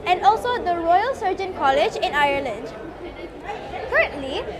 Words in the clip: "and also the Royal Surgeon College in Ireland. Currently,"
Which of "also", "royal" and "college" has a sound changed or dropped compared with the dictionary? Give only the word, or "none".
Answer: none